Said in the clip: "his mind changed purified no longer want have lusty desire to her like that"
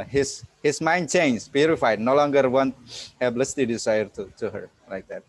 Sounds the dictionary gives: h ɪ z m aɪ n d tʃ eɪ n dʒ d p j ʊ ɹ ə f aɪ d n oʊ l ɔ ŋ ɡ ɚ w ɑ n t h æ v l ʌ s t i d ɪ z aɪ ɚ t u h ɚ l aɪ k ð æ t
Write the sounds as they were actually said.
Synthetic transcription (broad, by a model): h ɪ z m aɪ n d tʃ eɪ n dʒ p j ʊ ɹ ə f aɪ d n oʊ l ɔ ŋ ɡ ɚ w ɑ n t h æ b l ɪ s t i d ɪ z aɪ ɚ t u h ɚ l aɪ k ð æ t